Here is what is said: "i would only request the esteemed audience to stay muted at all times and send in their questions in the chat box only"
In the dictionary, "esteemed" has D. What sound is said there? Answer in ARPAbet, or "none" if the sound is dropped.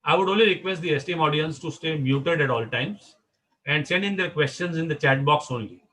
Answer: none